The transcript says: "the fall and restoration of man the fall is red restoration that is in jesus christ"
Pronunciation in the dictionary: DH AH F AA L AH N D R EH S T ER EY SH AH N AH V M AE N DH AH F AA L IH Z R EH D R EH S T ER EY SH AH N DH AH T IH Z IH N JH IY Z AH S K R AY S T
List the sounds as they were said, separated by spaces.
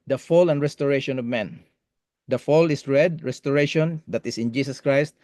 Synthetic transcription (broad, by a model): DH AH F AA L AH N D R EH S T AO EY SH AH N AH V M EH N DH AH F AA L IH S R EH D R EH S T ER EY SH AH N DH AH T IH S IH N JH IY S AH S K R AY S T